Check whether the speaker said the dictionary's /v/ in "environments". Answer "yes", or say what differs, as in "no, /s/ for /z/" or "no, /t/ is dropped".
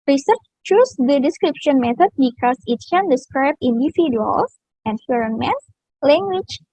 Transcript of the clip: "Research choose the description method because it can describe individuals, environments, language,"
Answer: no, /f/ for /v/